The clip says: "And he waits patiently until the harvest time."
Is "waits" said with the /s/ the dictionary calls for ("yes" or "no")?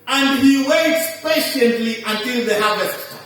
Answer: yes